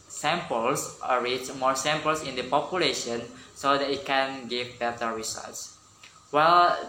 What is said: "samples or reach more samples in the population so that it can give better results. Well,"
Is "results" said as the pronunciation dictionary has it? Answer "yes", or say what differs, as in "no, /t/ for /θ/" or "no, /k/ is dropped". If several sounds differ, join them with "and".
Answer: no, /l/ is dropped